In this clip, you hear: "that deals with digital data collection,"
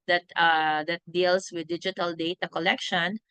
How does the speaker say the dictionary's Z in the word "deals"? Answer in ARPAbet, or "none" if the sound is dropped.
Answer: S